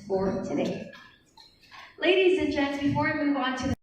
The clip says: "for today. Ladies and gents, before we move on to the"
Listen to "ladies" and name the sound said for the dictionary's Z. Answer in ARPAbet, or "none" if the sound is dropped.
Z